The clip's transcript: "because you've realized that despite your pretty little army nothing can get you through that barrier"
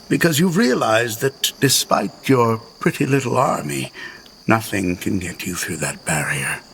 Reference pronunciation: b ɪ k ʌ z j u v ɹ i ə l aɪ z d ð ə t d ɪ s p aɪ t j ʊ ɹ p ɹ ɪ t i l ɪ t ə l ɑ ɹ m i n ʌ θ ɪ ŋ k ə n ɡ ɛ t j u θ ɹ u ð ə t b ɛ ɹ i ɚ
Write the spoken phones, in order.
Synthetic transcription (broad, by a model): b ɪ k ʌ z j u v ɹ i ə l aɪ z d ð ə t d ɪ s p aɪ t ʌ ɹ p ɹ ɪ t i l ɪ t l ɑ ɹ m i n ʌ θ ɪ ŋ k ə n ɡ ɛ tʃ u θ ɹ u ð ə t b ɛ ɹ i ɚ